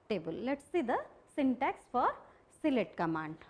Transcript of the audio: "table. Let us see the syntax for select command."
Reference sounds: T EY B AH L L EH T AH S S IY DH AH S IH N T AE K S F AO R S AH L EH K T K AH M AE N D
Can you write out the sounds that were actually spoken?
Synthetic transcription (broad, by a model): T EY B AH L L EH T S S IY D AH S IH N T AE K S F AO R S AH L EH T K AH M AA N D